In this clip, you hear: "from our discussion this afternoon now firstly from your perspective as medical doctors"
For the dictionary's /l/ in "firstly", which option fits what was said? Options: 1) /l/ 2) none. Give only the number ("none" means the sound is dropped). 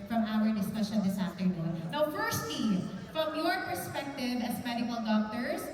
2